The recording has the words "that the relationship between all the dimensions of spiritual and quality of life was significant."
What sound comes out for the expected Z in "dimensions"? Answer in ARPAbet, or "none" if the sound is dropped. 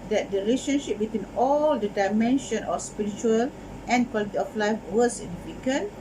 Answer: none